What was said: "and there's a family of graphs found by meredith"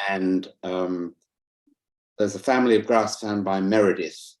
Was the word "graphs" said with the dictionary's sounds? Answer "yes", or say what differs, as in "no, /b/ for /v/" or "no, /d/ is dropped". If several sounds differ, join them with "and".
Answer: no, /f/ is dropped